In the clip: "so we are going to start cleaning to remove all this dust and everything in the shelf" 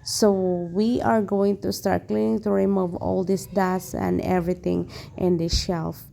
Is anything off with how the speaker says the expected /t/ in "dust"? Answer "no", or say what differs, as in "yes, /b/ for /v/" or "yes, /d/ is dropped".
yes, /t/ is dropped